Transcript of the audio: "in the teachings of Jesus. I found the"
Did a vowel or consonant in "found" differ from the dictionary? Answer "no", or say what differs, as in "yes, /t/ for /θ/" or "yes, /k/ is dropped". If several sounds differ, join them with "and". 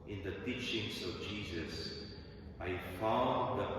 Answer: yes, /n/ is dropped